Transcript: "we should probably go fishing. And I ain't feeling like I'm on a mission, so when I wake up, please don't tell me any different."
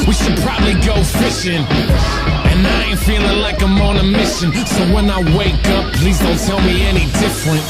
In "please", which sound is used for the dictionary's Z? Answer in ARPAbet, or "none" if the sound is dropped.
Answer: Z